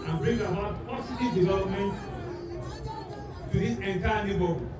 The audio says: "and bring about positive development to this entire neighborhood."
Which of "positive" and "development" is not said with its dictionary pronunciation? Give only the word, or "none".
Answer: positive